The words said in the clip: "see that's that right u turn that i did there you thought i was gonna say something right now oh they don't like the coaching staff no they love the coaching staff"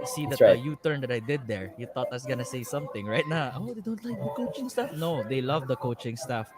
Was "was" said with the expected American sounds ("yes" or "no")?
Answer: no